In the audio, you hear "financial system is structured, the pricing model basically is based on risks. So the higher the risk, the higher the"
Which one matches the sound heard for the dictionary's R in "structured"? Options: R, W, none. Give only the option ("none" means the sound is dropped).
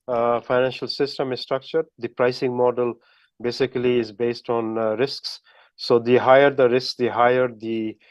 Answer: R